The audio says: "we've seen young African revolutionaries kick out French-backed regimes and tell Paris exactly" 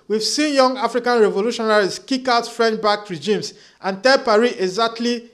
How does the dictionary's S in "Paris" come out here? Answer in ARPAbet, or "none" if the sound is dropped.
none